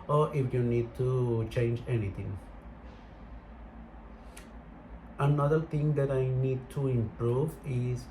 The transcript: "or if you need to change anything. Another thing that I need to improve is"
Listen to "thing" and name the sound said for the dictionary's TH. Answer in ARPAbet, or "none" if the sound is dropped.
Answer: T